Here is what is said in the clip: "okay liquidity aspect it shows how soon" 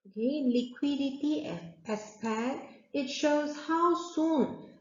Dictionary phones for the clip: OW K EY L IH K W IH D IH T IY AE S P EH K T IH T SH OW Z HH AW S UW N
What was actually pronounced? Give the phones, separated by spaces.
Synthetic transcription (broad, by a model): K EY L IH K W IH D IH T IY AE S P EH T IH T SH OW Z HH AW S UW N